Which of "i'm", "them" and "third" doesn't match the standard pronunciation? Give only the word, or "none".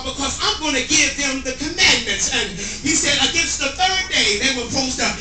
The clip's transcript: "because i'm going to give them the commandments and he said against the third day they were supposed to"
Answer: none